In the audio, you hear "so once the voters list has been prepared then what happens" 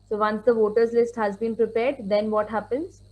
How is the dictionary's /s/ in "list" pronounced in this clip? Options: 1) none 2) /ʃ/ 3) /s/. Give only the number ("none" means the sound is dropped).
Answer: 3